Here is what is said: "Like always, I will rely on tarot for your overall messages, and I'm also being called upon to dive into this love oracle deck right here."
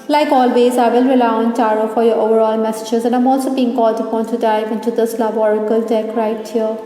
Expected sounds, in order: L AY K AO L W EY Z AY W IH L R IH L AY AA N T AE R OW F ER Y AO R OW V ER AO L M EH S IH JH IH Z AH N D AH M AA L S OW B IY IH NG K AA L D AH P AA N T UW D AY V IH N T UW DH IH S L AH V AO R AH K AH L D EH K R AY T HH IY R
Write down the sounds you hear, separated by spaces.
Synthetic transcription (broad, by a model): L AY K AO L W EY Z AY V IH L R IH L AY AA N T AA R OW F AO Y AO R OW V ER AO L M EH S IH JH IH Z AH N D AH M AA L S OW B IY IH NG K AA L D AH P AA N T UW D AY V IH N T UW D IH S L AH B AO R AH K AH L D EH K R AY T HH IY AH